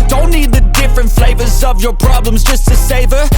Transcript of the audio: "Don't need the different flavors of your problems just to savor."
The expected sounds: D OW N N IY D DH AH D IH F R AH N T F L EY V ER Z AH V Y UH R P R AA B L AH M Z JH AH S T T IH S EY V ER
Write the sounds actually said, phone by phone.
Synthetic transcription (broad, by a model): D OW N N IY D DH AH D IH F R AH N T F L EY V ER Z AH V Y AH R P R AA B L AH M Z JH AH S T T IH S EY V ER